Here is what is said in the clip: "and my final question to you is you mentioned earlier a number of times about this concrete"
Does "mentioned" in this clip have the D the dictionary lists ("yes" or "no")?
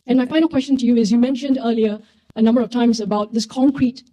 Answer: yes